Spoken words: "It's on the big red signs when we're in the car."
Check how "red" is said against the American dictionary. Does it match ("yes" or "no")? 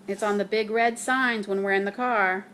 yes